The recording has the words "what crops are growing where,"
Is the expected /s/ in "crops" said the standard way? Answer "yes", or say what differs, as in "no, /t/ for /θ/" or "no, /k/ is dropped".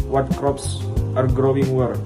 yes